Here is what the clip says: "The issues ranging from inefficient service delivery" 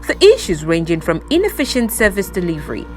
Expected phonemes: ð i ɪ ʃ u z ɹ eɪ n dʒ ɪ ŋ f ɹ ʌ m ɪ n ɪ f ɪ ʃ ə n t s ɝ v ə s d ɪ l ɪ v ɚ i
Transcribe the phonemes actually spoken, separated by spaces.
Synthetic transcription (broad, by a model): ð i ɪ ʃ u z ɹ eɪ n dʒ ɪ ŋ f ɹ ʌ m ɪ n ɪ f ɪ ʃ ə n t s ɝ v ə s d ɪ l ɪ v ɚ i